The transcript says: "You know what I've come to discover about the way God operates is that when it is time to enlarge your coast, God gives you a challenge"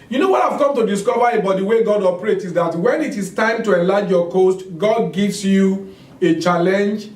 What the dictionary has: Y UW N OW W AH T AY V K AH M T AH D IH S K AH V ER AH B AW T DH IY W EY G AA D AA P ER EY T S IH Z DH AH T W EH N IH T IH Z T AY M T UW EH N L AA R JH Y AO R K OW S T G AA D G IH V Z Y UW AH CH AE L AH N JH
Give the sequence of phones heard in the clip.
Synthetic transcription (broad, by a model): Y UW N OW W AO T AY V K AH M T AH D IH S K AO V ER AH B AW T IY W EY G AA D AA P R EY T IH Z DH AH T W EH N IH T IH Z T AY M T UW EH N L AA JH Y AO K OW S T G AA D G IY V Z Y UW AH CH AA L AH N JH